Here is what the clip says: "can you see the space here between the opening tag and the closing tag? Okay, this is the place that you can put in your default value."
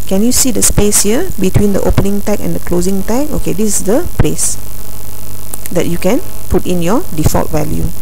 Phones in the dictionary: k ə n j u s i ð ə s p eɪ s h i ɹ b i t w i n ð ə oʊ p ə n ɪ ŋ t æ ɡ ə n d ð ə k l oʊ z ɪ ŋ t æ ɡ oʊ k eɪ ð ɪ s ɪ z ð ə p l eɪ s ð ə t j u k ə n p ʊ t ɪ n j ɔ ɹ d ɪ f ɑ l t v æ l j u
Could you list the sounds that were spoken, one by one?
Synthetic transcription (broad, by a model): k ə n j u s i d ə s p eɪ s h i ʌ b i t w i n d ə oʊ p ə n ɪ ŋ t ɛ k ə n d ə k l oʊ z ɪ ŋ t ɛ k oʊ k eɪ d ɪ s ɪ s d ə p l eɪ s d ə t j u k ə n p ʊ t ɪ n j ɔ d ɪ f ɑ l t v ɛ l j u